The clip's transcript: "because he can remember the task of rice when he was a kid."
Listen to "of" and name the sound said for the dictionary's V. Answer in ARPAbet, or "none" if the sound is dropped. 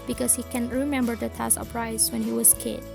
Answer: P